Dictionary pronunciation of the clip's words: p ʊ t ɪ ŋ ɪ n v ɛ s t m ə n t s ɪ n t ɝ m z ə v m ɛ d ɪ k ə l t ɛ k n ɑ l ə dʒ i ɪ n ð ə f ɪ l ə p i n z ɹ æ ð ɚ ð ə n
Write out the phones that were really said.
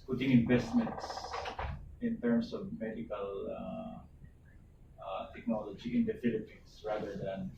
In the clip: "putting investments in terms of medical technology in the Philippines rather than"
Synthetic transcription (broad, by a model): p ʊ t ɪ ŋ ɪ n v ɛ s t m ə n t s ɪ n t ɝ m s ə v m ɛ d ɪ k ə l t ɛ k n ɑ l ə dʒ i ɪ n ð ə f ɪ l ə p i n s ɹ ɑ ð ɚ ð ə n